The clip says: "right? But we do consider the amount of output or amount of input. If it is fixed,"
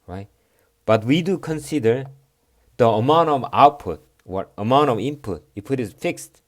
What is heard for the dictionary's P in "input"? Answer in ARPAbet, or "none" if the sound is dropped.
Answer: P